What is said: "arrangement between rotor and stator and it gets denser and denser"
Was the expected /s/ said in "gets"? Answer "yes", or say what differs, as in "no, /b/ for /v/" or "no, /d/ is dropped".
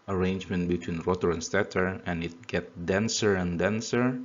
no, /s/ is dropped